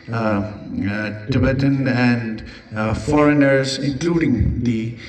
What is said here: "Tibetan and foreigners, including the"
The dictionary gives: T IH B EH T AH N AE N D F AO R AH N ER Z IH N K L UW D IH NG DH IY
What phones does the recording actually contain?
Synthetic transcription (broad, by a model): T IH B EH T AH N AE N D F AO R AH N ER Z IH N K L UW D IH NG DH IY